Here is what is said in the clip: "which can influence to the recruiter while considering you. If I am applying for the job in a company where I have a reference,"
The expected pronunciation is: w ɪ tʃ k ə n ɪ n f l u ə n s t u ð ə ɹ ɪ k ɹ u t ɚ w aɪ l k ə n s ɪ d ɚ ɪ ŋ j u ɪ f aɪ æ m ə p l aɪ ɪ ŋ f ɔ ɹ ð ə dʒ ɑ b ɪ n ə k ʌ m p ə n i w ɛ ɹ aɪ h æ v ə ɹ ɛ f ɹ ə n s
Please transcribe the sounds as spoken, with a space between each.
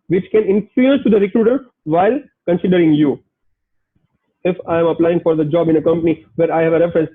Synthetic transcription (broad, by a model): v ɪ tʃ k ə n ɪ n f u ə s t u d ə ɹ ɪ k ɹ u t ɚ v aɪ l k ə n s ɪ d ɚ ɪ ŋ j u ɪ f aɪ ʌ m ə p l aɪ ɪ ŋ f ɔ ɹ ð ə dʒ ɑ b ɪ n ə k ʌ m p ə n i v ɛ ɹ aɪ h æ v ə ɹ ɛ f ɹ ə n s